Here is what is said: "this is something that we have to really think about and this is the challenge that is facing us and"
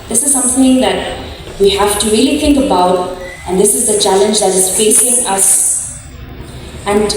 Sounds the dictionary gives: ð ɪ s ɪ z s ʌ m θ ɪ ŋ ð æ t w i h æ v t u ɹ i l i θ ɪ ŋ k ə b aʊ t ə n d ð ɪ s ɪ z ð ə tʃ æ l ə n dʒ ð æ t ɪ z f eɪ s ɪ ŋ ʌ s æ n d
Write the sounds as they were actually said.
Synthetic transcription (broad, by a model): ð ɪ s ɪ z s ʌ m θ ɪ ŋ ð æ t w i h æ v t u ɹ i l i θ ɪ ŋ k ə b aʊ t ə n d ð ɪ s ɪ z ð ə tʃ æ l ə n dʒ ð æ t ɪ z f eɪ s ɪ ŋ ʌ s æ n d